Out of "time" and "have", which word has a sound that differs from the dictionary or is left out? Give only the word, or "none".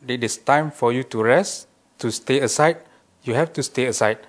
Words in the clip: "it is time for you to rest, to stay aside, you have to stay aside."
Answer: have